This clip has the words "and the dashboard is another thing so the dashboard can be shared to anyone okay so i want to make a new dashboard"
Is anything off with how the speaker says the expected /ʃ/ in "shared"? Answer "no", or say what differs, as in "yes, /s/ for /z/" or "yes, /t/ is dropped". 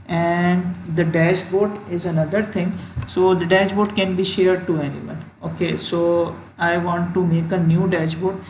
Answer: no